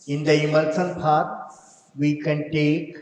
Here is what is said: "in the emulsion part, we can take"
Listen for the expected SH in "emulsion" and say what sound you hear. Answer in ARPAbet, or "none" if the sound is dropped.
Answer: S